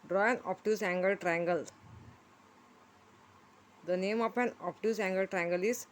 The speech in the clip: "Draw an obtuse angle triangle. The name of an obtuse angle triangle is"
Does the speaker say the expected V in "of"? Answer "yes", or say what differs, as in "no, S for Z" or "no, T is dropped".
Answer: no, P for V